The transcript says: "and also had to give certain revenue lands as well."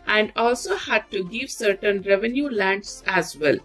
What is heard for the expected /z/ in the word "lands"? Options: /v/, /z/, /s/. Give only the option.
/s/